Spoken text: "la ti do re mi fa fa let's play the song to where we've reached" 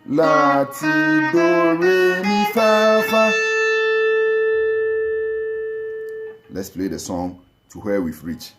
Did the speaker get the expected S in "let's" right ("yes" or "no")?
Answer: yes